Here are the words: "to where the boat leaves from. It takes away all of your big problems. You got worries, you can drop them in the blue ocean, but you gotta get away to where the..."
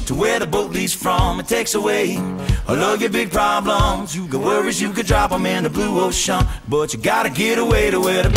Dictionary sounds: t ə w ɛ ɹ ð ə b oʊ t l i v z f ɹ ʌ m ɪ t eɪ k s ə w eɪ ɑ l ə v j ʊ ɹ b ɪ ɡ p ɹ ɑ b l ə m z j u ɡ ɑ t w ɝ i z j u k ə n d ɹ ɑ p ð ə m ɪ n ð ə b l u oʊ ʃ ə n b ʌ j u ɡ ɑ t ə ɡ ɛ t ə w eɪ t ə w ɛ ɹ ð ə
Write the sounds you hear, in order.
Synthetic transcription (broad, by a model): t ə w ɛ ɹ ð ə b oʊ t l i z f ɹ ʌ m ɪ t eɪ k s ə w eɪ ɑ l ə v j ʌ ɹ b ɪ ɡ p ɹ ɑ b l ə m z j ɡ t w ɝ i z j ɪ k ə d ɹ ɑ p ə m ɪ n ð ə b l u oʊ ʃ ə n b ʌ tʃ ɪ ɡ ɑ t ə ɡ ɛ t ə w eɪ t ə w ɛ ɹ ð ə